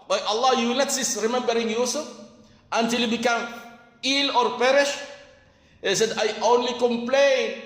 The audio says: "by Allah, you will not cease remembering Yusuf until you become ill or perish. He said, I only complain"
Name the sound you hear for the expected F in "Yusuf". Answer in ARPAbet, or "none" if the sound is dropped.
none